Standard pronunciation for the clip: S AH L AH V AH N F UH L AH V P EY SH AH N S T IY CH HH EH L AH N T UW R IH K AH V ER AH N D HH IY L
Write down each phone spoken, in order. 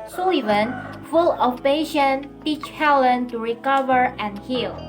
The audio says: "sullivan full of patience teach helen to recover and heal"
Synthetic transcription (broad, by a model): S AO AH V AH N F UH L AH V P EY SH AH N T IY CH HH EH L AH N T UW R IH K AH V ER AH N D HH IY L